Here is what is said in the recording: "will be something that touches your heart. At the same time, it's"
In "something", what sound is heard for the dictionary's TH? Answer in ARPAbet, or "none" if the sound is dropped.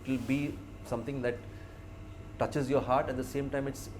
T